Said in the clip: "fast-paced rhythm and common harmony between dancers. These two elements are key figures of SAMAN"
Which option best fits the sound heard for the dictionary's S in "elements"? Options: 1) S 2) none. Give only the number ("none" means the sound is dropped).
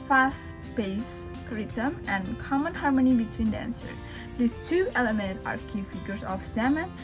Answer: 2